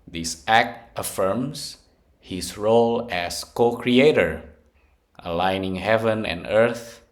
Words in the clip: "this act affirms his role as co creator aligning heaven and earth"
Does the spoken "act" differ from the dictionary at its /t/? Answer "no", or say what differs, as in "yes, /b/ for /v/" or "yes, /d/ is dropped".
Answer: no